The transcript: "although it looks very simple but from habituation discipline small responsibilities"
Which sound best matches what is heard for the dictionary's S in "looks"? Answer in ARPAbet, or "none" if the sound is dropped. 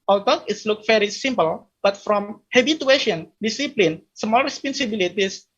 none